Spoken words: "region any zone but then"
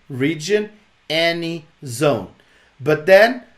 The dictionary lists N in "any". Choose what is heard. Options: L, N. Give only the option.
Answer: N